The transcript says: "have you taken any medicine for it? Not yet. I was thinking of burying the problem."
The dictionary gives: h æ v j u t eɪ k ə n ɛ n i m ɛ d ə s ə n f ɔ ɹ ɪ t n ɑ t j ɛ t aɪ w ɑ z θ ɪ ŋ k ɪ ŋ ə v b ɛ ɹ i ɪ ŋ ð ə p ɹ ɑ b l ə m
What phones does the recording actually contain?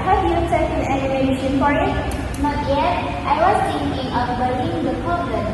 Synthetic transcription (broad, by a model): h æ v j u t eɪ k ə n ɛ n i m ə ʃ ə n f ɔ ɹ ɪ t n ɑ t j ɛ t aɪ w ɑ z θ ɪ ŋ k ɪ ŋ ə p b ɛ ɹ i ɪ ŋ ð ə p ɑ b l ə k